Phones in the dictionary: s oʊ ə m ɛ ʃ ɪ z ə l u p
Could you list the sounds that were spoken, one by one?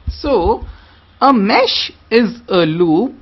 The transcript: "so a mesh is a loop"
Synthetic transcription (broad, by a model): s oʊ ə m ɛ ʃ ɪ z ə l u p